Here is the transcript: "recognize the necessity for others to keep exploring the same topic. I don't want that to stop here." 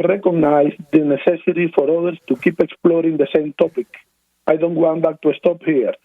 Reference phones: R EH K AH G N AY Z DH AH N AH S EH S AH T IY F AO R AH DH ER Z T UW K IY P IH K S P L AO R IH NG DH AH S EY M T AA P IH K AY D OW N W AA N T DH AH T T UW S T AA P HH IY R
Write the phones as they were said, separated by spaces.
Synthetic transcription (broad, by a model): R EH K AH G N AY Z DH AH N AH S EH S AH T IY F AO R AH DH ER S T UW K IY P IH K S P L AO R IH NG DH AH S EY M T AA P IH K AY D OW N W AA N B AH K T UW S T AA P HH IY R